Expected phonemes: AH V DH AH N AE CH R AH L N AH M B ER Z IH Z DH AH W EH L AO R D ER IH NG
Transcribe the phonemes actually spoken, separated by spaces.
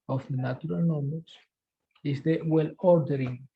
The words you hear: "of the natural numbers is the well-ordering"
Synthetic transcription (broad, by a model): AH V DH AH N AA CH R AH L N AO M ER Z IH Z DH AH W EH L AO R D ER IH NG